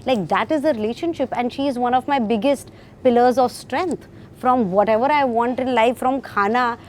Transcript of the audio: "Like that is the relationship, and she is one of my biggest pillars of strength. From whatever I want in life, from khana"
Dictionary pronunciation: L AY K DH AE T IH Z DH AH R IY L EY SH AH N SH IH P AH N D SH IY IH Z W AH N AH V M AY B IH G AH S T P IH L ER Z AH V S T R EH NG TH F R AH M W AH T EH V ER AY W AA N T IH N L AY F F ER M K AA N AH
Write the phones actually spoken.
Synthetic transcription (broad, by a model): L AY K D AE T IH Z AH R IY L EY SH AH N SH IH P AH N D SH IY IH Z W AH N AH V M AY B IH G AH S T P IH L ER Z AH V S T R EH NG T F R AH M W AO T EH V ER AY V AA N T IH N L AY F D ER M K AA N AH